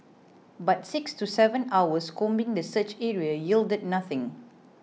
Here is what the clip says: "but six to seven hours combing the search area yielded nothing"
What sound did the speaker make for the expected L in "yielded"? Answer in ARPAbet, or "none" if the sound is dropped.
L